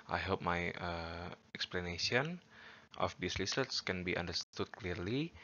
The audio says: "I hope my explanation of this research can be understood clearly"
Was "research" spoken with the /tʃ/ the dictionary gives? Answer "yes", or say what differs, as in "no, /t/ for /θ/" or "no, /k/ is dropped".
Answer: no, /s/ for /tʃ/